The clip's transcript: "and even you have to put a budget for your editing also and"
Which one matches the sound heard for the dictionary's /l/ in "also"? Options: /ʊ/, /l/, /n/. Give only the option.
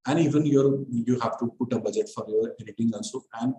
/n/